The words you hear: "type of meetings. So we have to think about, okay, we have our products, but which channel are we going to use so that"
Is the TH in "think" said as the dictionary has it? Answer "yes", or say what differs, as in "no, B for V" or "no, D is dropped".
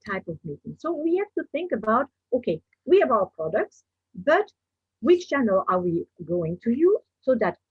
yes